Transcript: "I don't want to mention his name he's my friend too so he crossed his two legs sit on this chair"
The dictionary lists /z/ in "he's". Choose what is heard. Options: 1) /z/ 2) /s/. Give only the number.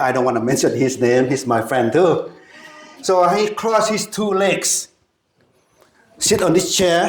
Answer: 2